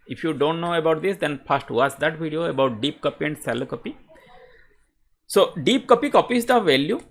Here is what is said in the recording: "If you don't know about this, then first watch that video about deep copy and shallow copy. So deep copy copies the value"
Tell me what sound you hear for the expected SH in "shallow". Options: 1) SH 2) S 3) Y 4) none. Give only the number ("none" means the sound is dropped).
2